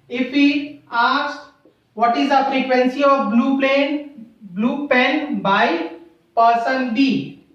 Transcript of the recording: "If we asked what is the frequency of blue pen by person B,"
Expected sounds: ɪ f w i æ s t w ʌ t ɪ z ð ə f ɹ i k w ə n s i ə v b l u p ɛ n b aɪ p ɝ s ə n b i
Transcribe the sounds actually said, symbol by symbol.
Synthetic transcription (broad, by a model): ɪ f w i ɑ s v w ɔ t ɪ z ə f ɹ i k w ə n s i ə b b l u p ɛ n b aɪ p ɝ s ə n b i